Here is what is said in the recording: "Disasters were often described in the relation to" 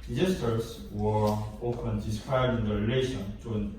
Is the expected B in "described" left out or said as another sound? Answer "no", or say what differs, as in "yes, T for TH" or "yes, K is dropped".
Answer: yes, B is dropped